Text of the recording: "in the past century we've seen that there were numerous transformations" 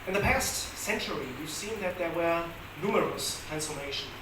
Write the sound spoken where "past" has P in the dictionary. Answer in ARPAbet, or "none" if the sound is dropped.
P